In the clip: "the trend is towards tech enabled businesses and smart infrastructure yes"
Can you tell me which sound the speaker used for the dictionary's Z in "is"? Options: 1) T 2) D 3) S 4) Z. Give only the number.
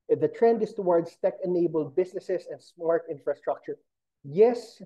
3